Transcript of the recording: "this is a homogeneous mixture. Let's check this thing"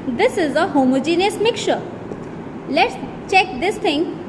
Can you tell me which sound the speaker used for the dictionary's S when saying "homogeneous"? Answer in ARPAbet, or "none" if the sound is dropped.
S